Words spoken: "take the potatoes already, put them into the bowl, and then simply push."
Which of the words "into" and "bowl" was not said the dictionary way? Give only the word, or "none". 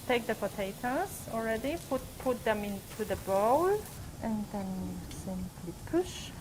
none